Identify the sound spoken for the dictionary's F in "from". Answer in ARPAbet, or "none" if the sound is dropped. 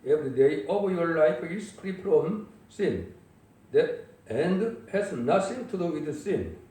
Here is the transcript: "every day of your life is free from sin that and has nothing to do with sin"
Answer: P